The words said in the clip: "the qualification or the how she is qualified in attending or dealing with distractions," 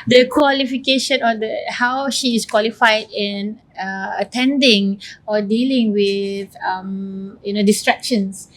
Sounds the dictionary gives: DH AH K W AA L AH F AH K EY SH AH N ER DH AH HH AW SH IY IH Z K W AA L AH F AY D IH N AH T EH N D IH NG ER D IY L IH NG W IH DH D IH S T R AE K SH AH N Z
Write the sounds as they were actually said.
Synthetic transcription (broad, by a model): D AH K W AA L AH F AH K EY SH AH N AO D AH HH AW SH IY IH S K W AA L AH F AY D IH N AH T EH N D IH NG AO D IY L IH NG W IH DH D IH S T R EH K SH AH N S